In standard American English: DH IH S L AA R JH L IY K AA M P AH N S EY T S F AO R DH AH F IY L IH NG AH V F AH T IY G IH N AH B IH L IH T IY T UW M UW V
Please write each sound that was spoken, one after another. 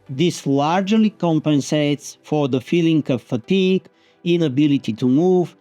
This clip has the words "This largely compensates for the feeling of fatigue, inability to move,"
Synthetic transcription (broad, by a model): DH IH S L AA R JH L IY K AA M P AH N S EY T S F AO R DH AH F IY L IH NG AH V F AH T IY G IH N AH B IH L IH T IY T UW M UW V